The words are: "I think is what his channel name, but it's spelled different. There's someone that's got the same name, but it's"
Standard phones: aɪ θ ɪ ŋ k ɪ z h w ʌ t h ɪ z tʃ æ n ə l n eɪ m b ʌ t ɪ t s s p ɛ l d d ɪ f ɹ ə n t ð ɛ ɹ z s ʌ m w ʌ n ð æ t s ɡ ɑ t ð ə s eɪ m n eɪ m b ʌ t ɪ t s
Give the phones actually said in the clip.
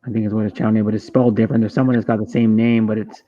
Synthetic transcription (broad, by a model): aɪ θ ɪ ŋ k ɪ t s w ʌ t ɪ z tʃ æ ə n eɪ b ʌ t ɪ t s s p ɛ l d d ɪ f ɹ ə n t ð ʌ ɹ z s ʌ m w ʌ n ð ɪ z ɡ ɑ t ð ə s eɪ m n eɪ m b ʌ t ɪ t s